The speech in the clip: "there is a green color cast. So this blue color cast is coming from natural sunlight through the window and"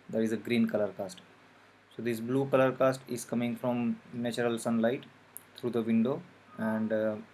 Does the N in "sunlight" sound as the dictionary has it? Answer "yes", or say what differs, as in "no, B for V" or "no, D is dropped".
yes